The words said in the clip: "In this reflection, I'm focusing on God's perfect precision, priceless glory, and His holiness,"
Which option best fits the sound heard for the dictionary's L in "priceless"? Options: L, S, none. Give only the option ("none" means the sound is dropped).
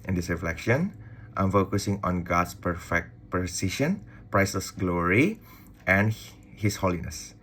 none